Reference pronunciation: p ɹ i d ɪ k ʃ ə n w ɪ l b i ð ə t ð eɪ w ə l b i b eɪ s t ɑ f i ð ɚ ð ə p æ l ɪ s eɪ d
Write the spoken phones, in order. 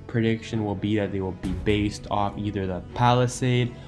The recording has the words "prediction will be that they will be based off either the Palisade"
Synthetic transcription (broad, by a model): p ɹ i d ɪ k ʃ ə n w ɪ l b i ð ə t ð eɪ w ə l b i b eɪ s t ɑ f i ð ɚ ð ə p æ l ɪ s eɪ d